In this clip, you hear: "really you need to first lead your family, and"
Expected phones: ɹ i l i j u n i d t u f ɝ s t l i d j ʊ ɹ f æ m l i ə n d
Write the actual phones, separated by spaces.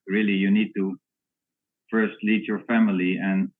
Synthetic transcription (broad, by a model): ɹ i l i j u n i d t u f ɝ s t l i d j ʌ ɹ f æ m l i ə n